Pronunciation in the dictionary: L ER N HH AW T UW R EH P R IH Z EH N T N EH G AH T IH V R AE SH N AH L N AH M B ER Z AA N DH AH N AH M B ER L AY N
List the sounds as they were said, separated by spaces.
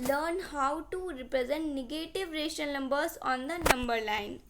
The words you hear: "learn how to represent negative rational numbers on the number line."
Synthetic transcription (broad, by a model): L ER N HH AW T UW R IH P R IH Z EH N T N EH G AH T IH V R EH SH AH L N AH M B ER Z AA N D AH N AH M B ER L AY N